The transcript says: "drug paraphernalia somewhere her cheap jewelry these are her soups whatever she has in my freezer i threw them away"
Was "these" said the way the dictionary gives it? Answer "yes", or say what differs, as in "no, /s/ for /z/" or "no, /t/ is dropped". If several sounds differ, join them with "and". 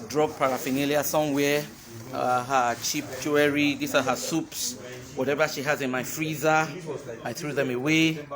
no, /s/ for /z/